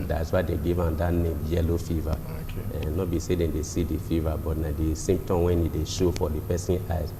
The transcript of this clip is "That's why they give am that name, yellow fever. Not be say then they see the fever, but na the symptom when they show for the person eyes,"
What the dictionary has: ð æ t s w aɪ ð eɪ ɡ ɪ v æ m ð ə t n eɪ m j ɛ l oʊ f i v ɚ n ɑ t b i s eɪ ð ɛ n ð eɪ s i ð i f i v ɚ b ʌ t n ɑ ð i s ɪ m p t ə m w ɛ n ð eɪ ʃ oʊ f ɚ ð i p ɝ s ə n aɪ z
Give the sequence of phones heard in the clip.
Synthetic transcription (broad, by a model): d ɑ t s w aɪ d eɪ ɡ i v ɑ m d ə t n eɪ m j ɛ l oʊ f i v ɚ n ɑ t b i s eɪ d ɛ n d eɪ s i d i f i v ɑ b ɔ t n ɑ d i s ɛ m t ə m w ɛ n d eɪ ʃ oʊ f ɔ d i p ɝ s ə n aɪ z